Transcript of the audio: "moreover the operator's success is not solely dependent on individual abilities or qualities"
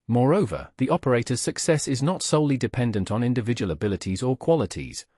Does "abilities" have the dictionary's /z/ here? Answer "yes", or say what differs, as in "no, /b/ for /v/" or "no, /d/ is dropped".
yes